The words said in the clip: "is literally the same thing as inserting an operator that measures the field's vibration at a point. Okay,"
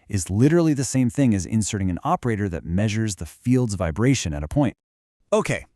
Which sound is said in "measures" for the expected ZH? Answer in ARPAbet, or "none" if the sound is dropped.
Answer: ZH